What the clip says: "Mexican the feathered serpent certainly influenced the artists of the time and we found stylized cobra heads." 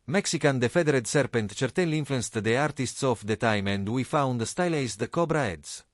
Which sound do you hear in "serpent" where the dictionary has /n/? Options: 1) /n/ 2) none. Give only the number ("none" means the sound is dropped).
1